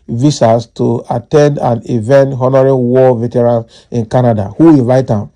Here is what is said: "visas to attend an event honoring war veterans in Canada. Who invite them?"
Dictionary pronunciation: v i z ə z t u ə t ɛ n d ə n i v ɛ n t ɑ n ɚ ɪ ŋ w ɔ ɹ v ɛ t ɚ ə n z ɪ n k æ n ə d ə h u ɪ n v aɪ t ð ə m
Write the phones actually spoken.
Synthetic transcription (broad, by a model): v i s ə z t u ə t ɛ n d ə n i v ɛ n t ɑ n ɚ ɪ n w ɔ v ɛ t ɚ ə n ɪ n k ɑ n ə d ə h u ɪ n v aɪ t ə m